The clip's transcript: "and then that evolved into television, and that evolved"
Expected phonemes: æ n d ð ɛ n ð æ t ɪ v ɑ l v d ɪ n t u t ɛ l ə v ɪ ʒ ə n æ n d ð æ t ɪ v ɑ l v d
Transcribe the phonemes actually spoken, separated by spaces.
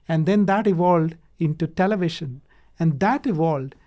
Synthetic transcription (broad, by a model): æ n d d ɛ n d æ t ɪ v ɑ l d ɪ n t u t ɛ l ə v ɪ ʃ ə n æ n d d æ t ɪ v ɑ l d